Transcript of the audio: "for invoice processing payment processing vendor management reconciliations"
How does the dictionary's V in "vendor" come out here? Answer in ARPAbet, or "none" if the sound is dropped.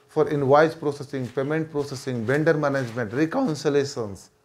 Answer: B